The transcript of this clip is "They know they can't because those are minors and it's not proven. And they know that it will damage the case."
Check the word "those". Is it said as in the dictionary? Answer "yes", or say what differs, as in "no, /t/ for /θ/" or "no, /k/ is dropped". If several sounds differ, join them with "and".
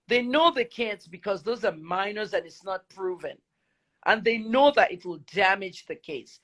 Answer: yes